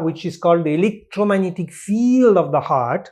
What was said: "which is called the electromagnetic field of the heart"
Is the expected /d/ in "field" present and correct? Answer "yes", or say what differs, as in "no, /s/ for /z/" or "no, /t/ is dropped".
yes